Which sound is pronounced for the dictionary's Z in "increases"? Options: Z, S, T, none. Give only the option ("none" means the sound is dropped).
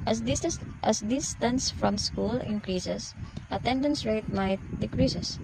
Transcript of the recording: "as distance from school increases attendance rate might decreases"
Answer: S